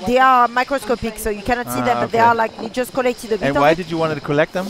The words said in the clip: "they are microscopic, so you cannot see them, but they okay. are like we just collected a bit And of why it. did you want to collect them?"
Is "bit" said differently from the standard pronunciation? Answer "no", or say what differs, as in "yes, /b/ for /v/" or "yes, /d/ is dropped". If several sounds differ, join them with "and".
yes, /t/ is dropped